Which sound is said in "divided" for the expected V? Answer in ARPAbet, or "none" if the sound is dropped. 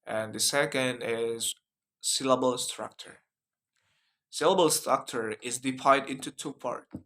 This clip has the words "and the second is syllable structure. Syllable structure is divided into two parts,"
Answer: P